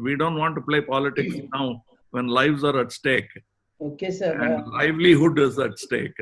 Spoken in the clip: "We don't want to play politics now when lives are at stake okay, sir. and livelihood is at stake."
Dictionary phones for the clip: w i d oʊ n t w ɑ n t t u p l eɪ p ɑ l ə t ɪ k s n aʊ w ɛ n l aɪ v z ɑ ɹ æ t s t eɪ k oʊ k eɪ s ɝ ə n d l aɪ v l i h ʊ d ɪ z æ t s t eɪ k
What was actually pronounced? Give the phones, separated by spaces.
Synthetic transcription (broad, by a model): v i d oʊ n t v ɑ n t t u p l eɪ p ɑ l ə t ɪ k s n aʊ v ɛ n l aɪ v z ɑ ɹ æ t s t eɪ k oʊ k eɪ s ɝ ə n d l aɪ v l i h ʊ d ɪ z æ t s t eɪ k